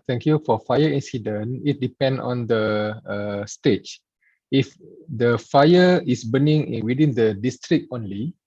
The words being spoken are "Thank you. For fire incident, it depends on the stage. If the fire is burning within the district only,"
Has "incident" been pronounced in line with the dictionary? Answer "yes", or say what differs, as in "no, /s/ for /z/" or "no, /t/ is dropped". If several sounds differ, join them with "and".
no, /t/ is dropped